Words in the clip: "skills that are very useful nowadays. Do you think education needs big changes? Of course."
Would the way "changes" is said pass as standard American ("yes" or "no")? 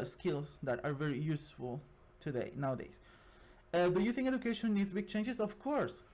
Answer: no